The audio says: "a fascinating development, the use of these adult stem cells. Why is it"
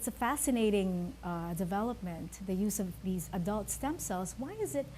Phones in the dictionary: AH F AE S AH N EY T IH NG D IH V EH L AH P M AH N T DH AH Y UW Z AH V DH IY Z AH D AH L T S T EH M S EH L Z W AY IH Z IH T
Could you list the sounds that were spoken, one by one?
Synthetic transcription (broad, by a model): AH F AE S AH N EY T IH NG D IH V EH L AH P M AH N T DH AH Y UW Z AH V DH IY Z AH D AH L T S T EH M S EH L Z W AY IH Z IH T